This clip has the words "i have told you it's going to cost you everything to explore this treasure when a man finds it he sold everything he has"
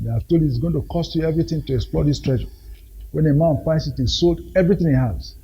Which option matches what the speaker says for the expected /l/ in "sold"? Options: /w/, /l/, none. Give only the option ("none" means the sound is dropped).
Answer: /l/